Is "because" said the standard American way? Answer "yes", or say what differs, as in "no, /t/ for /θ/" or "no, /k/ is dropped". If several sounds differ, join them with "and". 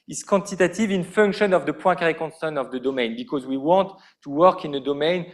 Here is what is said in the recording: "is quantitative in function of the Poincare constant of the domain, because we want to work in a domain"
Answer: yes